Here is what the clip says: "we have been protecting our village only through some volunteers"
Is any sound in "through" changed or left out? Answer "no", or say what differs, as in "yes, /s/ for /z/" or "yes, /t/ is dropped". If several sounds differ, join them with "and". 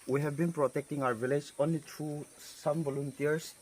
yes, /t/ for /θ/